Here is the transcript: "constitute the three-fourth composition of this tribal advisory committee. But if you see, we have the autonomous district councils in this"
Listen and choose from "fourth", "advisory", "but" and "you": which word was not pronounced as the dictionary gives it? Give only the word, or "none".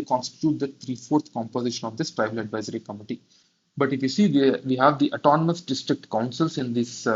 fourth